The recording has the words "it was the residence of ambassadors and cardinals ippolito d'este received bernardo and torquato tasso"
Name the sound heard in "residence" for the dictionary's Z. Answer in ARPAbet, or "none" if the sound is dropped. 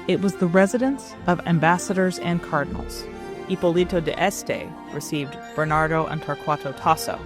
Z